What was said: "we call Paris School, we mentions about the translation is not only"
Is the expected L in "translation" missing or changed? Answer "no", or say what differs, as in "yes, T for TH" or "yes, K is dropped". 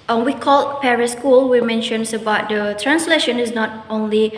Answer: no